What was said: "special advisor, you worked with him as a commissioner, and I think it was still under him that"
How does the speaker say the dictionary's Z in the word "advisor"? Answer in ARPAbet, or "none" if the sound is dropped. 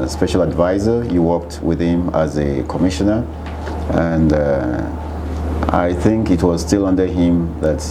Z